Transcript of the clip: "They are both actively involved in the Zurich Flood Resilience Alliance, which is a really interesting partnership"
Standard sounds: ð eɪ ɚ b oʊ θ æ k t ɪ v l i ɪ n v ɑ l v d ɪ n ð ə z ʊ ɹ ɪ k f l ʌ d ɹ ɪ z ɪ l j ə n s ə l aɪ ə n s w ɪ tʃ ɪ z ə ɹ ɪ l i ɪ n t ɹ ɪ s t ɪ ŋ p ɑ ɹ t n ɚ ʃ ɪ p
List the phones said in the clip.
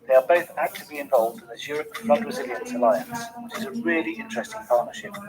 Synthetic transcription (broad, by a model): ð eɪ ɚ b oʊ θ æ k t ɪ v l i ɪ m v ɑ l v d ɪ n ð ə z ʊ ɹ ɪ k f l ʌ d ɹ ɪ z ɪ l j ə n s ə l aɪ ə n s w ɪ tʃ ɪ z ə ɹ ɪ l i ɪ n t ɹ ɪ s t ɪ ŋ p ɑ t n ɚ ʃ ɪ p